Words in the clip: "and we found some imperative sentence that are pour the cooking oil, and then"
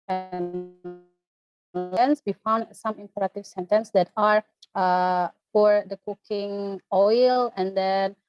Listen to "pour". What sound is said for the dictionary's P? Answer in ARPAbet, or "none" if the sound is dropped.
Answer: F